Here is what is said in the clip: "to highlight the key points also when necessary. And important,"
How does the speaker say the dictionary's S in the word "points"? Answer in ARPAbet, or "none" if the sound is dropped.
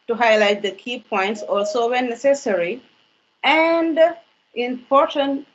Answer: S